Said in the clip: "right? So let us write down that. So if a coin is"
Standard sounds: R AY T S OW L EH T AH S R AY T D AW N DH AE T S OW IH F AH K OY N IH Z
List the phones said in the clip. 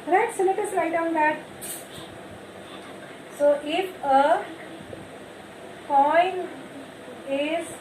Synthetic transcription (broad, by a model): R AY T S OW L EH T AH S L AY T D AW N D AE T S OW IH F AH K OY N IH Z